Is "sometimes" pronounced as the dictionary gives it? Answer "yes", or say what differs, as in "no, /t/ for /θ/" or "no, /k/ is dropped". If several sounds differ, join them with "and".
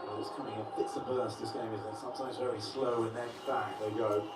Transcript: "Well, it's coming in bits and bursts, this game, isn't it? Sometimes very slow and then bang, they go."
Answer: yes